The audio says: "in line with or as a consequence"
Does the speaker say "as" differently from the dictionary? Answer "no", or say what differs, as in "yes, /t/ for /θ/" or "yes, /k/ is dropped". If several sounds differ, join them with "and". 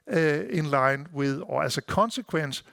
yes, /s/ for /z/